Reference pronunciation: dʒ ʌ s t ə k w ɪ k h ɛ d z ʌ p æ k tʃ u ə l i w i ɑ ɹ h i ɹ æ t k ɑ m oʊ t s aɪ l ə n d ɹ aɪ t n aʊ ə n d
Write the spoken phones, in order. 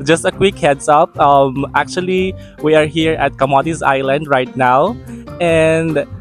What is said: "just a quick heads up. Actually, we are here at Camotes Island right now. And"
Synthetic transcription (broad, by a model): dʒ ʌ s t ə k w ɪ k h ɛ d s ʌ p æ k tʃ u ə l i w i ɑ ɹ h i ɹ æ t k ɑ m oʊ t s aɪ l ə n d ɹ aɪ t n aʊ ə n d